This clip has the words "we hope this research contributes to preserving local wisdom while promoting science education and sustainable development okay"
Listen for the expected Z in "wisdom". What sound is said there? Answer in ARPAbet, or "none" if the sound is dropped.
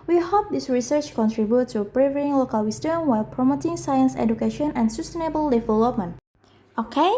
S